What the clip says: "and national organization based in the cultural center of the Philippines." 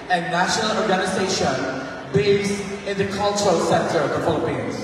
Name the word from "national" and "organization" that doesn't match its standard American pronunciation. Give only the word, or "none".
none